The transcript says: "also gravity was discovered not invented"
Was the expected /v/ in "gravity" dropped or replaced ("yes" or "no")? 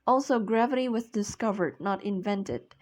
no